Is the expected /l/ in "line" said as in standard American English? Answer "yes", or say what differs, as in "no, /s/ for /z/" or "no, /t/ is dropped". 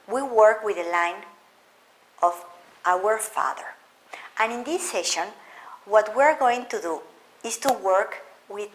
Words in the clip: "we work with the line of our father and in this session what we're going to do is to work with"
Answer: yes